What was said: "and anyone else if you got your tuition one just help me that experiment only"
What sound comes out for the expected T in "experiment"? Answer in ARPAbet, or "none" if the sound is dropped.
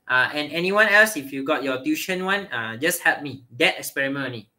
none